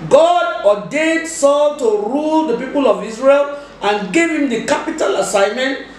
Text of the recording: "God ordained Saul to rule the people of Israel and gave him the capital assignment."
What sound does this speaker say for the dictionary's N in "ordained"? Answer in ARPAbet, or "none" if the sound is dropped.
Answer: none